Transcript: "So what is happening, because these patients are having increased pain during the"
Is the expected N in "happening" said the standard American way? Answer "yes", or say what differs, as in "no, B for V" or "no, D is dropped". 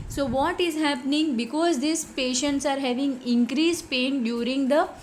yes